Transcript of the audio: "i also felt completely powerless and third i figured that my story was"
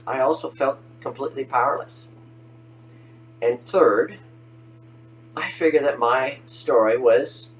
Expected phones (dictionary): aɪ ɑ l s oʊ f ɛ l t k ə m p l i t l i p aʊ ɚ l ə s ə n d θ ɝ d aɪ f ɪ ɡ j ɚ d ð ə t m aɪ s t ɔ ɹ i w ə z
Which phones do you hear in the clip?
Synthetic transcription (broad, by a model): aɪ ɑ l s oʊ f ɛ l t k ə m p l i t l i p aʊ ɚ l ə s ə n θ ɝ d aɪ f ɪ ɡ j ɚ d ð ə t m aɪ s t ɔ ɹ i w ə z